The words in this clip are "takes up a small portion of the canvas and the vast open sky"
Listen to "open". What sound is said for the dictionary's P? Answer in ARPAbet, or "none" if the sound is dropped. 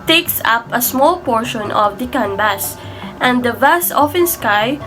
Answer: F